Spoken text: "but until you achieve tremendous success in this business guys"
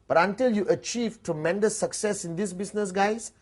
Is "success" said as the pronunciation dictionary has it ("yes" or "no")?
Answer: yes